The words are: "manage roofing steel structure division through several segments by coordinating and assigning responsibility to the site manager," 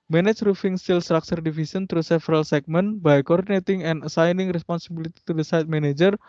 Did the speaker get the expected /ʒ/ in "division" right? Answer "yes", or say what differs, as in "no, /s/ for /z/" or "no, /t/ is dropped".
no, /s/ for /ʒ/